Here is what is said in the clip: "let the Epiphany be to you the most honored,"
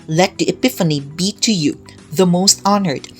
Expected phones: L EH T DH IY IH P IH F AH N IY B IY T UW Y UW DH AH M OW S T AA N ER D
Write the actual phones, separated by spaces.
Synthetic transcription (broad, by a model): L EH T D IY IH P IH F AH N IY B IY T UW Y UW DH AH M OW S T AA N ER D